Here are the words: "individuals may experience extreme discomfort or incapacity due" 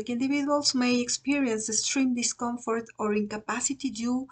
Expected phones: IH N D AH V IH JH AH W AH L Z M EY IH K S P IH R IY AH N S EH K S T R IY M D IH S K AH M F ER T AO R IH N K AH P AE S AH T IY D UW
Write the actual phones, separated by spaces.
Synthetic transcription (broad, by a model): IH N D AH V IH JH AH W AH L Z M EY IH K S P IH R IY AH N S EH S T R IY M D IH S K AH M F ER T AO R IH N K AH P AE S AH T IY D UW